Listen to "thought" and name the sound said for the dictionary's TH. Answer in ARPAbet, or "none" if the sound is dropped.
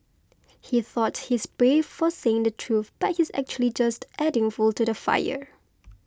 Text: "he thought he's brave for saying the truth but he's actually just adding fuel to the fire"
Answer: TH